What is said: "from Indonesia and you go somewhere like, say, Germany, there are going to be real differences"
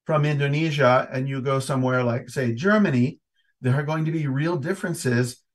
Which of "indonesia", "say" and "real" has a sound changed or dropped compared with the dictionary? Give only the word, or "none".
none